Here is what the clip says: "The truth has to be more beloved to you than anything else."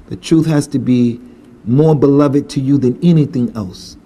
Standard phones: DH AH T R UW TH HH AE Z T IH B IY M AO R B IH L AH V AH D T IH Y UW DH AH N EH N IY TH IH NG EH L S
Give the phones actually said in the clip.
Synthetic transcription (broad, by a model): DH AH T R UW TH HH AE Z T IH B IY M AO R B IH L AH V AH D T IH Y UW DH AH N EH N IY TH IH NG EH L S